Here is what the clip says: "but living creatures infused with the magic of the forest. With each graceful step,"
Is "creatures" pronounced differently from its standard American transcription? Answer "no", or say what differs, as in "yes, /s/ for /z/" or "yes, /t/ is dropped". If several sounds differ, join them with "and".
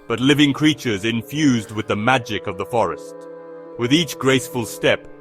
no